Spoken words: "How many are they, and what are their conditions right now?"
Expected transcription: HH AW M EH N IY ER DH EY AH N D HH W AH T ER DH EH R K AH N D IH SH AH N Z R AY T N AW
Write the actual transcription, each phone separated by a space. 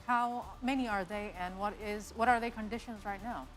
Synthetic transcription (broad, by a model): HH AW M EH N IY ER DH EY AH N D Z W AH T ER DH EH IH K AH N D IH SH AH N Z R AY T N AW